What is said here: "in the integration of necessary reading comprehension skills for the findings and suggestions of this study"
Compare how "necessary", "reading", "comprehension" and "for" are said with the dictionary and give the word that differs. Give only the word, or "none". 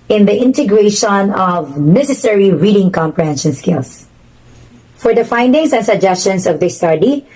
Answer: none